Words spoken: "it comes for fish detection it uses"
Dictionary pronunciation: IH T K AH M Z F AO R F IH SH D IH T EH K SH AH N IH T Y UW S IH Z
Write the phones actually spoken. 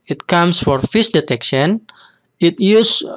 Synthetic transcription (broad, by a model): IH T K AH M S F AO R F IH S D IH T EH K SH AH N IH T Y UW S